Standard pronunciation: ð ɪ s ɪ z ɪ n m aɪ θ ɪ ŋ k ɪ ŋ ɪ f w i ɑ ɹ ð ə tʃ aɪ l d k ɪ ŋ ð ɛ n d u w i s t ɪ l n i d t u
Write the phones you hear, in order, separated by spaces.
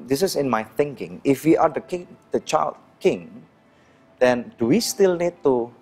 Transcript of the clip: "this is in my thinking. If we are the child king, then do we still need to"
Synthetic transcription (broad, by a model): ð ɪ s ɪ s ɪ n m aɪ θ ɪ ŋ k ɪ ŋ ɪ f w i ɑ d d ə tʃ aɪ l d k ɪ ŋ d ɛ n d u w i s t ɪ l n i d t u